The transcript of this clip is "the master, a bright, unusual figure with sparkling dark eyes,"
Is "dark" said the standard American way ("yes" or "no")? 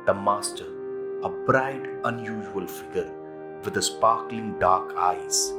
yes